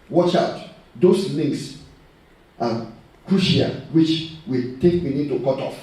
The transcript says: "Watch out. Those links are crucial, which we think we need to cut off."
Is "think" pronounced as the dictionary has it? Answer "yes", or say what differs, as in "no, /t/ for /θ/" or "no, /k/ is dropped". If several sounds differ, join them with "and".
no, /t/ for /θ/ and /ŋ/ is dropped